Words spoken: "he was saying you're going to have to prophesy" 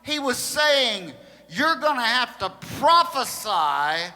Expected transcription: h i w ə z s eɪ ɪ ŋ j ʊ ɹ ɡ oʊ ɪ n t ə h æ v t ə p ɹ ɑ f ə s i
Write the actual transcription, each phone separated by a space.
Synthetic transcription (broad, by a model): h i w ə z s eɪ ɪ ŋ j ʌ ɹ ɡ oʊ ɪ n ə h æ f t ə p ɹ ɑ f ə s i